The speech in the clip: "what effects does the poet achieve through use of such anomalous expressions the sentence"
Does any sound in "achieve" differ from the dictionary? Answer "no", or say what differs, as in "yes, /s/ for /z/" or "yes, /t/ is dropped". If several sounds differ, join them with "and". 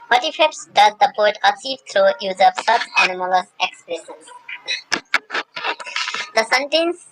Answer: yes, /s/ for /tʃ/